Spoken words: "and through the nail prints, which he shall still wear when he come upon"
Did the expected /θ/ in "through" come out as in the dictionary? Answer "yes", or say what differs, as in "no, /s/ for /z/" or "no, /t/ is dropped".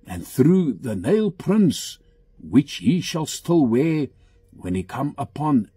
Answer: yes